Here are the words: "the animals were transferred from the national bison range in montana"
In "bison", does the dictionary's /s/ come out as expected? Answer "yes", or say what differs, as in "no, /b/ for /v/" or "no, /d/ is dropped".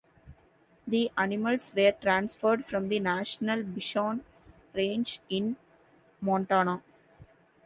no, /ʃ/ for /s/